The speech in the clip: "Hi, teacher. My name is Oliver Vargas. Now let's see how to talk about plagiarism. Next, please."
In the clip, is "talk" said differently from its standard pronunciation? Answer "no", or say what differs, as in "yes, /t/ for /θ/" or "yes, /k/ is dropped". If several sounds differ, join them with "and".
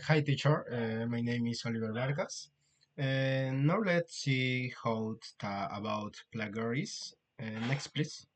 yes, /k/ is dropped